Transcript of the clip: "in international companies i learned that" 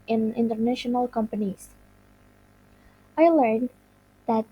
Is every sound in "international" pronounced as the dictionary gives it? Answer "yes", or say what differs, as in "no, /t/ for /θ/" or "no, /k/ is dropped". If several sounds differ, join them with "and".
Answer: yes